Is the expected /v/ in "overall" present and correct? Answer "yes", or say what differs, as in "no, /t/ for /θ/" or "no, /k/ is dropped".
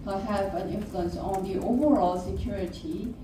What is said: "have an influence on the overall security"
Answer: yes